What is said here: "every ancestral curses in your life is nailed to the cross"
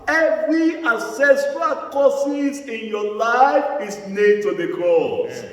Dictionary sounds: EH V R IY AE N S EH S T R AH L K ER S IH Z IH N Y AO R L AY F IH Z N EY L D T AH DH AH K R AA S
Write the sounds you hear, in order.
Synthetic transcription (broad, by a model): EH V R IY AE S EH S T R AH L K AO S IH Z IH N Y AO L AY F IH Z N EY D T AH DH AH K R AA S